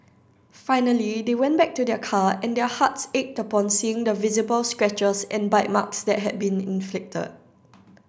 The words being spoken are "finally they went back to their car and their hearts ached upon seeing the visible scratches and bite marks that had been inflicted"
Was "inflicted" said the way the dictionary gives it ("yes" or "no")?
yes